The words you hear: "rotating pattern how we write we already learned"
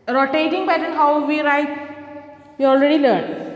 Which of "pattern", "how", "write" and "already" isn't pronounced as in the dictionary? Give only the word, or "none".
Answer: pattern